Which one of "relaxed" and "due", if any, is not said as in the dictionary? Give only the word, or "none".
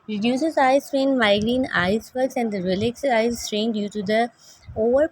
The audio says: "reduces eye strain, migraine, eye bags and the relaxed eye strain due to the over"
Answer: relaxed